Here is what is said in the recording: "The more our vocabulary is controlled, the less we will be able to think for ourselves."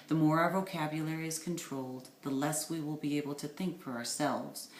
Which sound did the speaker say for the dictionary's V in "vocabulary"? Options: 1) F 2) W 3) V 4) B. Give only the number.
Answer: 3